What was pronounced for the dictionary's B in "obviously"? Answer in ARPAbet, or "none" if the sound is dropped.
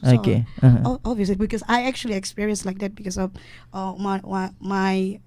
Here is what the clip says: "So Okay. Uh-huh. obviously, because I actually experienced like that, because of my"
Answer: none